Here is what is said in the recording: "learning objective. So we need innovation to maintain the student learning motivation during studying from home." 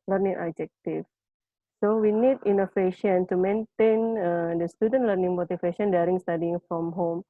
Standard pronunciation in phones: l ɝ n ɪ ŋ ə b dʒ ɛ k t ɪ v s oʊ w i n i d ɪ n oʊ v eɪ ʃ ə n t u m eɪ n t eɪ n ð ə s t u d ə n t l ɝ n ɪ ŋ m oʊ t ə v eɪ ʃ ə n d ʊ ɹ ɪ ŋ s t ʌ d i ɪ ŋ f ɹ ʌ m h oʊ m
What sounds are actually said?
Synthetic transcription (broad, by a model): l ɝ n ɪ ŋ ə dʒ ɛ k t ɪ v s oʊ w i n i d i n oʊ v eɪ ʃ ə n t u m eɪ n t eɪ n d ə s t u d ə n t l ɝ n ɪ ŋ m oʊ t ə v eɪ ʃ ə n d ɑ ɹ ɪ ŋ s t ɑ d i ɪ ŋ f ɹ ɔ m h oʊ m